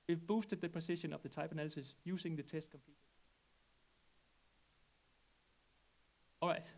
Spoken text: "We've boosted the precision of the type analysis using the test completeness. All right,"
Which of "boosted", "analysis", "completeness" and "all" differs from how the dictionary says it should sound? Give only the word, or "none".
completeness